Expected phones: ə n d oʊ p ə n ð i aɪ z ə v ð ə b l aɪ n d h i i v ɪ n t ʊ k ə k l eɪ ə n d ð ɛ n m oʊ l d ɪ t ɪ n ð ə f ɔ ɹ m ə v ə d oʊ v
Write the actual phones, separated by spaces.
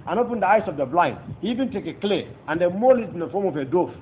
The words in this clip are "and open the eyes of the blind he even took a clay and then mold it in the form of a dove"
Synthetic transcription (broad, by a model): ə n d oʊ p ə n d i aɪ s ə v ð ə b l aɪ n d h i i v ɪ n t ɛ k ə k l eɪ ə n d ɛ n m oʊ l ɪ t ɪ n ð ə f ɔ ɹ m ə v ə d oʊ